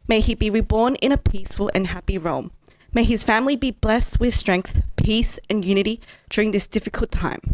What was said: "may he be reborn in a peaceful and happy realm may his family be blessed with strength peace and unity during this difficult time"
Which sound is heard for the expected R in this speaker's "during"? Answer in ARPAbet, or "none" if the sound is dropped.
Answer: R